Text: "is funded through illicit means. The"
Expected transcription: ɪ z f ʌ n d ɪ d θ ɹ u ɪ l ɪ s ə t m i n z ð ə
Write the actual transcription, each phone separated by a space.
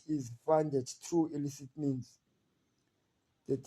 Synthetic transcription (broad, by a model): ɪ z f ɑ n d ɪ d t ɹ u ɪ l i s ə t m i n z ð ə